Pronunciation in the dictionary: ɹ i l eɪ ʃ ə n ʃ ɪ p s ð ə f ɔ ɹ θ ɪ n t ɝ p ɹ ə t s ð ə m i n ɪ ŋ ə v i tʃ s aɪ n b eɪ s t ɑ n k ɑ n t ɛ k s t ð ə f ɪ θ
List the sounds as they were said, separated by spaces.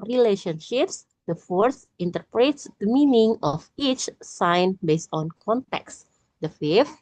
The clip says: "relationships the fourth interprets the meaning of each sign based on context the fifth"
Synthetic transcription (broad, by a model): ɹ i l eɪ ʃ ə n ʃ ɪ p s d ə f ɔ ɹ s ɪ n t ɝ p ɹ ə t s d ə m i n ɪ ŋ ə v i tʃ s aɪ n b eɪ s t ɑ n k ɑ n t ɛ k s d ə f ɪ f